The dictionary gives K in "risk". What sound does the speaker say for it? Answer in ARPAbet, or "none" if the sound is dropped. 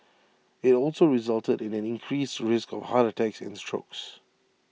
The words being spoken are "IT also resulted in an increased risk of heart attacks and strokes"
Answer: K